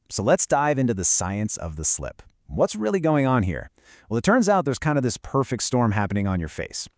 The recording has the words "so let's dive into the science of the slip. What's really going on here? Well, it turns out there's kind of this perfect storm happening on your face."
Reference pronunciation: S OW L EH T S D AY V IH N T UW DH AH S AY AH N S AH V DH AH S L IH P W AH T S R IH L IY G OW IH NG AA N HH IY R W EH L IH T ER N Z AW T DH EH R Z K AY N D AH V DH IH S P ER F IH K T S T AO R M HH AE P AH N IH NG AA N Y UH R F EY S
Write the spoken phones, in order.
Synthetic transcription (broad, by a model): S OW L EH T S D AY V IH N T UW DH AH S AY AH N S AH V DH AH S L IH P W AH T S R IH L IY G OW IH NG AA N HH IY R W EH L IH T ER N Z AW T DH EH R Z K AY N D AH V DH IH S P ER F IH K T S T AO R M HH AE P AH N IH NG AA N Y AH R F EY S